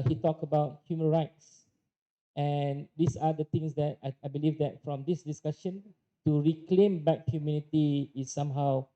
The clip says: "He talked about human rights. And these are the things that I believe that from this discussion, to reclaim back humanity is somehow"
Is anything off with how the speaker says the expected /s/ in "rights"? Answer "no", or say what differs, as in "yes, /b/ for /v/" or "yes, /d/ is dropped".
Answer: no